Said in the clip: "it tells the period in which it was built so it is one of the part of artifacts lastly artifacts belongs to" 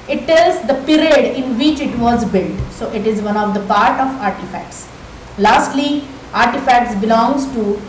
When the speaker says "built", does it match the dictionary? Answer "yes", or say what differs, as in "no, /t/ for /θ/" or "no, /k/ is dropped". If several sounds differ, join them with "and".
yes